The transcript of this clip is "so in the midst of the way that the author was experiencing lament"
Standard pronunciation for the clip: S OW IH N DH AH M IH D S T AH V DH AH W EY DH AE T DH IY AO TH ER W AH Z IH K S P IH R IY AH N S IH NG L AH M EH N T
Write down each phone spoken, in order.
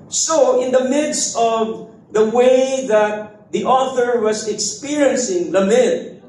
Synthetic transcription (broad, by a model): S OW IH N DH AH M IH D S T AH V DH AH W EY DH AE T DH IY AO TH ER W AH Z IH K S P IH R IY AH N S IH NG L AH M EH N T